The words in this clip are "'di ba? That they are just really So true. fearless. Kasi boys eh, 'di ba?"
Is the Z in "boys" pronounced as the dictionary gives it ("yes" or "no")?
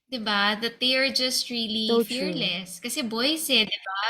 no